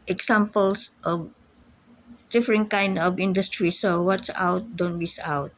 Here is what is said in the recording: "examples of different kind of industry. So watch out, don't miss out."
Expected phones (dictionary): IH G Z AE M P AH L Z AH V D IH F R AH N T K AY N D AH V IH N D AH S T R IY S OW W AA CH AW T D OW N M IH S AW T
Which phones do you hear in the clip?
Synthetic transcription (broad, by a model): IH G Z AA M P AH L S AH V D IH F R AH N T K AY N D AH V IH N D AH S T R IY S OW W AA S AW T D OW N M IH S AW T